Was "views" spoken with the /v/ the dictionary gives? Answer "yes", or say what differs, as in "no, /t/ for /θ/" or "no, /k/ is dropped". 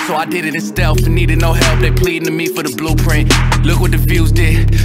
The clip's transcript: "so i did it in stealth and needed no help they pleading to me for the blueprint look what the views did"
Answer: no, /f/ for /v/